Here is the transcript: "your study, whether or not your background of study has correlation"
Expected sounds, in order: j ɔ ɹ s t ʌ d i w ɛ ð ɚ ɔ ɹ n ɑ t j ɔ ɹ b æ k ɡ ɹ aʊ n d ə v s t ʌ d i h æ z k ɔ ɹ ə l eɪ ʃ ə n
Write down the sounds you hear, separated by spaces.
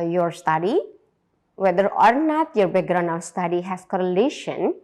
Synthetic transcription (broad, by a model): j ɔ ɹ s t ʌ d i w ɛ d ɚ ɔ ɹ n ɑ t j ɔ ɹ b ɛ ɡ ɹ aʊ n ə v s t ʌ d i h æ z k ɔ ɹ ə l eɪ ʃ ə n